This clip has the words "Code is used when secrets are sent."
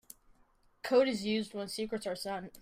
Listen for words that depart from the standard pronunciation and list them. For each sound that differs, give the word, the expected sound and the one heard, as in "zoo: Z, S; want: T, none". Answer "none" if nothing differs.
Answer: sent: T, none